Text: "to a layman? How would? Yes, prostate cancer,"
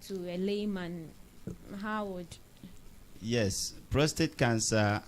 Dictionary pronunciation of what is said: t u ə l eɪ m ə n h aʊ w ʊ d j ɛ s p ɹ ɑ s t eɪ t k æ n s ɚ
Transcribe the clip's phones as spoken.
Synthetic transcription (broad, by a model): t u ə l eɪ m ə n h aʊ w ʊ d j ɛ s p ɹ ɑ s t eɪ t k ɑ n s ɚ